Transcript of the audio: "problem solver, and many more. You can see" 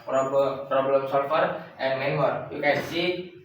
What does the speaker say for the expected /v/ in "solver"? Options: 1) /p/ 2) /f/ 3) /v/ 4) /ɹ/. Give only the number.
2